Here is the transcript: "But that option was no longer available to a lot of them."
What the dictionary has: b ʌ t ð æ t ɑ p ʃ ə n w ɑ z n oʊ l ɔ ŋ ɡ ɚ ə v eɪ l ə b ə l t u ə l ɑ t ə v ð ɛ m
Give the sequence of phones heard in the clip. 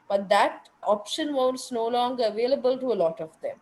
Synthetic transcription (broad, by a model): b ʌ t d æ t ɑ p ʃ ə n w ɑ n n oʊ l ɔ ŋ ɡ ɚ ə v eɪ l ə b ə l t u ə l ɑ t ə v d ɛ m